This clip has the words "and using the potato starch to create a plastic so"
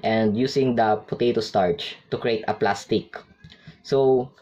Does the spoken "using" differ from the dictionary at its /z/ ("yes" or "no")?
yes